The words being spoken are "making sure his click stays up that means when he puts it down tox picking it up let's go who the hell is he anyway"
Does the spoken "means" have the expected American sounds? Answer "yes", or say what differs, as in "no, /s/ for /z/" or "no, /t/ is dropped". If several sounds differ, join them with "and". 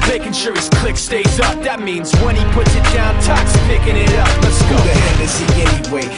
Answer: yes